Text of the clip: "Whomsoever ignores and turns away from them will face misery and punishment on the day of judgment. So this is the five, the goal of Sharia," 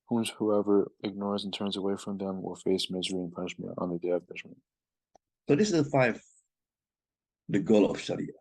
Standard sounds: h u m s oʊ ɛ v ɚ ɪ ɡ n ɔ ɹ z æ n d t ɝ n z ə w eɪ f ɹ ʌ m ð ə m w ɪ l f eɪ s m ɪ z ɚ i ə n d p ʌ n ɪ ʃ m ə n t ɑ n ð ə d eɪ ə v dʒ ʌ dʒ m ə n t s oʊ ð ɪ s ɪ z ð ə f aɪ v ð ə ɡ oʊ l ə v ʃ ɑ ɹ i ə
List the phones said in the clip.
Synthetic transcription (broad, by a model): h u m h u ɛ v ɚ ɪ ɡ n ɔ ɹ z n t ɝ n z ə w eɪ f ɹ ʌ m ð ə m w ɪ l f eɪ s m ɪ z ɚ i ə n p ʌ n ɪ ʃ m ə n t n ð ə d eɪ ə v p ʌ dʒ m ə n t s oʊ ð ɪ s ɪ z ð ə f aɪ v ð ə ɡ oʊ l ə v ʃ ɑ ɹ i